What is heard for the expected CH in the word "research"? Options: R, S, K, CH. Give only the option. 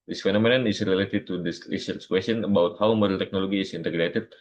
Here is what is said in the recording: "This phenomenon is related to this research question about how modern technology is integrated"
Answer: S